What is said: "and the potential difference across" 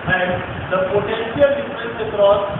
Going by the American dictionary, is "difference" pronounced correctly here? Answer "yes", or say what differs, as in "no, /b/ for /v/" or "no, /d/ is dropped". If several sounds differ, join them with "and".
no, /n/ is dropped